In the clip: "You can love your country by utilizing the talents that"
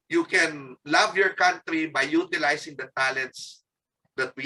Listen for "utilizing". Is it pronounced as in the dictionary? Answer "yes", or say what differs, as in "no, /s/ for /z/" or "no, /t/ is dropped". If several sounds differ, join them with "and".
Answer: no, /s/ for /z/